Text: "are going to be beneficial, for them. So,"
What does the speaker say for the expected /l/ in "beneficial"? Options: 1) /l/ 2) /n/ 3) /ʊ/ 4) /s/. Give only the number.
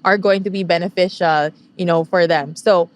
2